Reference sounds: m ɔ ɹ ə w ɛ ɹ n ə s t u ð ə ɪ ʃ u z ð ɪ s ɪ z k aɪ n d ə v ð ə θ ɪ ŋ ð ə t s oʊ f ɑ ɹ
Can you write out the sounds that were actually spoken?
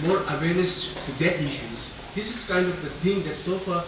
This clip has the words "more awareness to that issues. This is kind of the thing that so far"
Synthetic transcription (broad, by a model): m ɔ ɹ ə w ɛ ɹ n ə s t u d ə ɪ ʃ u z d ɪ s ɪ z k aɪ n d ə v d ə t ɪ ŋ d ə t s oʊ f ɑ ɹ